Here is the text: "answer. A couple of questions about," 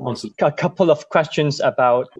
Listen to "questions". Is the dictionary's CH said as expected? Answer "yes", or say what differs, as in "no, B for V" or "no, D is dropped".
yes